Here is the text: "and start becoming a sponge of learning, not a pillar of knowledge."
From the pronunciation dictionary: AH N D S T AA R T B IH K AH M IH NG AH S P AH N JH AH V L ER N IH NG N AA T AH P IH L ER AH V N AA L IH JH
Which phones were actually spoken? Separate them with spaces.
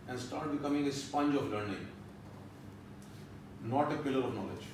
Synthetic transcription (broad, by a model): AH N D S T AA R T B IH K AH M IH NG AH S P AH N JH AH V L ER N IH NG N AA T AH P IH L ER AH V N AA L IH JH